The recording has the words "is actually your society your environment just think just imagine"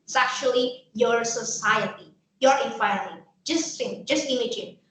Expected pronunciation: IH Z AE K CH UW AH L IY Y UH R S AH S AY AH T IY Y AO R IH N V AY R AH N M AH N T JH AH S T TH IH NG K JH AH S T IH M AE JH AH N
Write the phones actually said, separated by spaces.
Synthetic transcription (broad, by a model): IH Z AE K CH UW AH L IY Y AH R S AH S AY AH T IY Y AO R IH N F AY AH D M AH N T JH AH S T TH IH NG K JH AH S T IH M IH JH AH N